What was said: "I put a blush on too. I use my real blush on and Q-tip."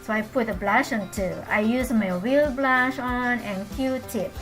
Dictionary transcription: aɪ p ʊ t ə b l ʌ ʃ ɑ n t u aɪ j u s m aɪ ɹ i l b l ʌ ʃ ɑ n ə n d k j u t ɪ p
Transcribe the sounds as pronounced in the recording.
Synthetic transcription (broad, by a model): aɪ p ʊ t ə b l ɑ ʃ ɑ n t u aɪ j u s m aɪ w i l b l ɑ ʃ ɑ n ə n k j u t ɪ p